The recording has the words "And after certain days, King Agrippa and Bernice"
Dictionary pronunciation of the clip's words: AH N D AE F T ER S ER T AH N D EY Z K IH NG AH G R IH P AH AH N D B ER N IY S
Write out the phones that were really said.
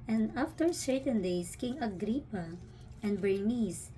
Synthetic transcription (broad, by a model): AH N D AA F T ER S ER T AH N D EY S K IH NG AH G R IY P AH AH N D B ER N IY S